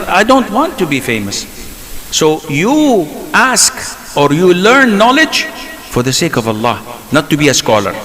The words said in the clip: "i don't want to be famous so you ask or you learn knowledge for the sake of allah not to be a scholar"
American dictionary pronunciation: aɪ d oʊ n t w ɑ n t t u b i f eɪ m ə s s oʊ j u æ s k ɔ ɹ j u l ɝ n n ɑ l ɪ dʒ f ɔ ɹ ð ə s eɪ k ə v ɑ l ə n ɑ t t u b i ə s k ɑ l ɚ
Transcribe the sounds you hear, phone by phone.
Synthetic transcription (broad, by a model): aɪ d oʊ n t w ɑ n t t u b i f eɪ m ə s s oʊ j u æ s k ɔ ɹ j u l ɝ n n ɑ l ɪ dʒ f ɔ ɹ ð ə s eɪ k ə v ɑ l ə n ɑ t t u b i ə s k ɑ l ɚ